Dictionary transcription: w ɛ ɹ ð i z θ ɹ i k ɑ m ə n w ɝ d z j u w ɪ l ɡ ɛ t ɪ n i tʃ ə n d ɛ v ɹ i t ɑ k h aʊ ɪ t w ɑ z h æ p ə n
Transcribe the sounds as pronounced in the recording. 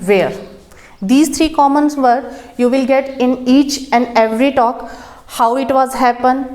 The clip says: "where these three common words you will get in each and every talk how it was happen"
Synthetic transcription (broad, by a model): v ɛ ɹ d i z t ɹ i k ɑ m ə n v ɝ d j u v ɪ l ɡ ɛ t ɪ n i tʃ ə n d ɛ v ɹ i t ɑ k h aʊ ɪ t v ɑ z h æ p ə n